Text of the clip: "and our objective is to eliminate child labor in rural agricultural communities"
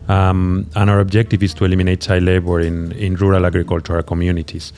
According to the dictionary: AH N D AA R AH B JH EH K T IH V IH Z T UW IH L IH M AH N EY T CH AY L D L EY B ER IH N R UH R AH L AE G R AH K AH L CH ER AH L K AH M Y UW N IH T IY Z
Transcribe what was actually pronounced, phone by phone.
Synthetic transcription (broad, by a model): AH N AA R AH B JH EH K T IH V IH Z T UW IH L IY M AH N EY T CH AY L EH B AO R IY IH N R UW R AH L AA G R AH K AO L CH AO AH K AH M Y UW N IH T IY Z